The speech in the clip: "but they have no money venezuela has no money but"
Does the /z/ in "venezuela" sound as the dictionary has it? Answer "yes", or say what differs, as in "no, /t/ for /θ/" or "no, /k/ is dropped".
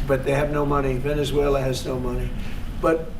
yes